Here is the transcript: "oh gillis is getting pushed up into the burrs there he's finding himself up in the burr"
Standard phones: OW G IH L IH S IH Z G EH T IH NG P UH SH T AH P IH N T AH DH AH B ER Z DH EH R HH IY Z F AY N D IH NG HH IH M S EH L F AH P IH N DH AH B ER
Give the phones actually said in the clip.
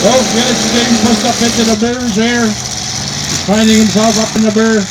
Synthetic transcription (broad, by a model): OW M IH N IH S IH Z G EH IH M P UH S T AH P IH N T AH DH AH B ER Z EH R F AY N D IH NG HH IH M S EH L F AH P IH N DH AH B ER